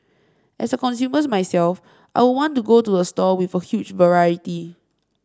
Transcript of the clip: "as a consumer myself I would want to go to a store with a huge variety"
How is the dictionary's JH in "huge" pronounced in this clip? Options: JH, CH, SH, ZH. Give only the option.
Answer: CH